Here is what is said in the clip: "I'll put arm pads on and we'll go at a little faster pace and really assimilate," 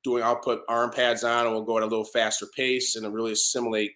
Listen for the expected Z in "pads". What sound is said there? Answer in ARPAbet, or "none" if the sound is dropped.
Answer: Z